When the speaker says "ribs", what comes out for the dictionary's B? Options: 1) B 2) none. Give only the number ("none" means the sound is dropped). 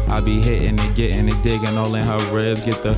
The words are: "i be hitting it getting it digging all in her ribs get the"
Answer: 2